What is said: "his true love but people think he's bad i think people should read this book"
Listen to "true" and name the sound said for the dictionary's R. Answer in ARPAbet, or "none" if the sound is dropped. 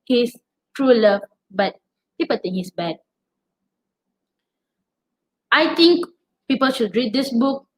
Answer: R